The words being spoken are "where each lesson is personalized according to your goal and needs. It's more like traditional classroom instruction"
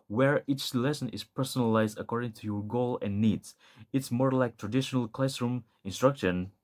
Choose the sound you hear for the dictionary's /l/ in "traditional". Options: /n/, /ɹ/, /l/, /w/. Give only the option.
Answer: /l/